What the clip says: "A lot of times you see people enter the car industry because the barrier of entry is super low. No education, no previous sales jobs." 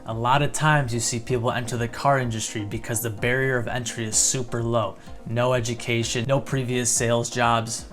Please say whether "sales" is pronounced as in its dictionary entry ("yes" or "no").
yes